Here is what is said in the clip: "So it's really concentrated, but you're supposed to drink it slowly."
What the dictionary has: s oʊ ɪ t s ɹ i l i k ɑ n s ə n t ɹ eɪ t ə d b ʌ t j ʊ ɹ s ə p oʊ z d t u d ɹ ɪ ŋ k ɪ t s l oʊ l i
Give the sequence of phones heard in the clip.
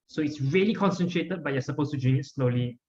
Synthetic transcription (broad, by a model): s oʊ ɪ t s ɹ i l i k ɑ n s ə n t ɹ eɪ t ə d b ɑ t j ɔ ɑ s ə p oʊ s t u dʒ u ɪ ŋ ɪ t s l oʊ l i